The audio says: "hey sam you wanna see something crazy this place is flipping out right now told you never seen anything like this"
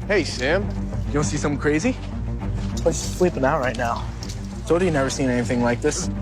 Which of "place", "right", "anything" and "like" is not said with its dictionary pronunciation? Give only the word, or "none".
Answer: place